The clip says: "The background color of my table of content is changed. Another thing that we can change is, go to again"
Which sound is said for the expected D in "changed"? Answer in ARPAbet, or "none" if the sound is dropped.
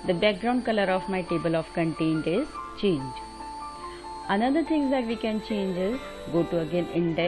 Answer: none